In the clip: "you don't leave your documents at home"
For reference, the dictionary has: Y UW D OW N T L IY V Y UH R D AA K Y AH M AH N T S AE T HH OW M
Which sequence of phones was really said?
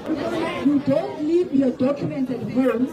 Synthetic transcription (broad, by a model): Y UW D OW N T L IY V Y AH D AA K Y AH M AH N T AH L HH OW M